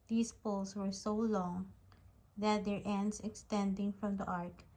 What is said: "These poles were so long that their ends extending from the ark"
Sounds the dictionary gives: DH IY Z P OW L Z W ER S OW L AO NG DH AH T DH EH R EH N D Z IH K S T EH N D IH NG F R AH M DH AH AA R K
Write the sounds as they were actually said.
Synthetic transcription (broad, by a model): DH IY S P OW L S W ER S OW L AO NG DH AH T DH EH R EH N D S IH K S T EH N D IH NG F R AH M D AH AA R K